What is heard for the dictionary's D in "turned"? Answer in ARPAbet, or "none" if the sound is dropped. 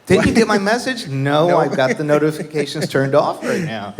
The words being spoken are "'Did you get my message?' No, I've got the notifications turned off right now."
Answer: D